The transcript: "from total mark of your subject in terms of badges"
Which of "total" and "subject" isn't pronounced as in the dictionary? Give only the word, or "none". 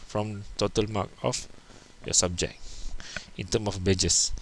subject